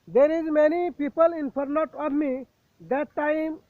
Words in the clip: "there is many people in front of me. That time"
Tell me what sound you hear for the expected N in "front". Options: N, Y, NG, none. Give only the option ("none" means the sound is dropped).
none